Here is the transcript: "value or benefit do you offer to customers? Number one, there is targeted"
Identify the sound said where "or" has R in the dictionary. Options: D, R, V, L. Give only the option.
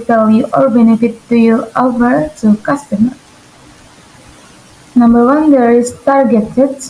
L